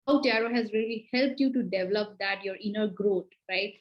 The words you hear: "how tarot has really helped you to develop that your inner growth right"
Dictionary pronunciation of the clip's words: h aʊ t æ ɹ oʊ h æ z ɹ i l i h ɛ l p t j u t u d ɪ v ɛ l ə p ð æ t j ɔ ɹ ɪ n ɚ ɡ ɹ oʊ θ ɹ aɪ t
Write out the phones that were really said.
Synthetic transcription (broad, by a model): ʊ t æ ɹ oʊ h æ z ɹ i l i h ɛ l p t j u t u d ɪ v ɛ l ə p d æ t j ɔ ɹ ɪ n ɚ ɡ ɹ oʊ t ɹ aɪ t